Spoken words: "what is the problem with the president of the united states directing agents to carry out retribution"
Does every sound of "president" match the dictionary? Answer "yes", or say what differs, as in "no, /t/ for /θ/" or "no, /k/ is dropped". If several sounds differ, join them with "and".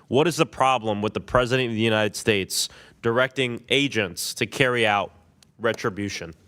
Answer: yes